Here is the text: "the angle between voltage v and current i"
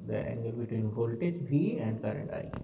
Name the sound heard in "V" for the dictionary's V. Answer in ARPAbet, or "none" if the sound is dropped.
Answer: B